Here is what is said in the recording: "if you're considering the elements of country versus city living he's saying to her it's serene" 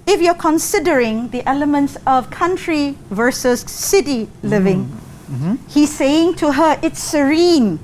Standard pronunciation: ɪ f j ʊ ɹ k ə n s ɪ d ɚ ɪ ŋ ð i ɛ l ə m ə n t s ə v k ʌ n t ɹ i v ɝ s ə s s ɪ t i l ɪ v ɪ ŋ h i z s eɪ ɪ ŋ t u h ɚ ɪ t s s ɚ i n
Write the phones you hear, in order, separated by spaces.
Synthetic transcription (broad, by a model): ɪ f j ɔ k ə n s ɪ d ɚ ɪ ŋ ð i ɛ l ə m ə n t s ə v k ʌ n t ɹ i v ɝ s ə s s ɪ t i l ɪ v ɪ ŋ h i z s eɪ ɪ ŋ t u h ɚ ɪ t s s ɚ i n